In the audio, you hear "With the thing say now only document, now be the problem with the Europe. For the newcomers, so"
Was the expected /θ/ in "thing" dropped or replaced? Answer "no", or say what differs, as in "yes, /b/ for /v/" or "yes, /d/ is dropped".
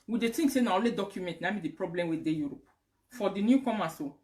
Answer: yes, /t/ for /θ/